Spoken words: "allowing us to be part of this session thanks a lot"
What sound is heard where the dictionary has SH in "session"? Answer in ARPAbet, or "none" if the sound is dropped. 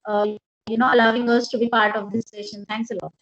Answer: SH